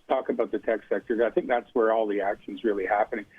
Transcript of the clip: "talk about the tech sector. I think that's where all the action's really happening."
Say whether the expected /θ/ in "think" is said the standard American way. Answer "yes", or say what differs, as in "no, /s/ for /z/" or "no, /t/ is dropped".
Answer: yes